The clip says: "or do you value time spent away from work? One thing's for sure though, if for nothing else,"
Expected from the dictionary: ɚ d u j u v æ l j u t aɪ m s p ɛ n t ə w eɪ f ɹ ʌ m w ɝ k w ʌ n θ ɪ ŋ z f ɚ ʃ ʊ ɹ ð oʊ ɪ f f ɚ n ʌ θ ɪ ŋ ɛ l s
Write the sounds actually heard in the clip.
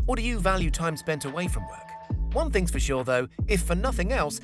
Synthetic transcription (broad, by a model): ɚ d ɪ j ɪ v æ l j u t aɪ m s p ɛ n t ə w eɪ f ɹ ʌ m w ɝ k w ʌ n θ ɪ ŋ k f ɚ ʃ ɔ ɹ ð oʊ ɪ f f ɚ n ʌ θ ɪ ŋ ɛ l s